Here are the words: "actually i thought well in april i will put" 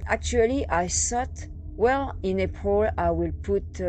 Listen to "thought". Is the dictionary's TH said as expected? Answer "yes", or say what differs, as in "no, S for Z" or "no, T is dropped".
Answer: no, S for TH